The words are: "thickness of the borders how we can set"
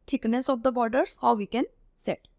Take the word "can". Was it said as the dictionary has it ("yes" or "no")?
yes